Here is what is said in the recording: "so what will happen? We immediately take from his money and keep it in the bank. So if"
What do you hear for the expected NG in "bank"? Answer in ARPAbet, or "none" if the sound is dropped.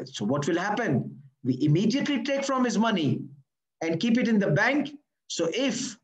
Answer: NG